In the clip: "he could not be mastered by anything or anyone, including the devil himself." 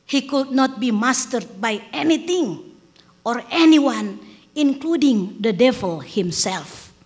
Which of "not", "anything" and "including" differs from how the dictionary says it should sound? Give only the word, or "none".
anything